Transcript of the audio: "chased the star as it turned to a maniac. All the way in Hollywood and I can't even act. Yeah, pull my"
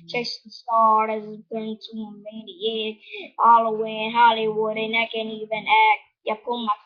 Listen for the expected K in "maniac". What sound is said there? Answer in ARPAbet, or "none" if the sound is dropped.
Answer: none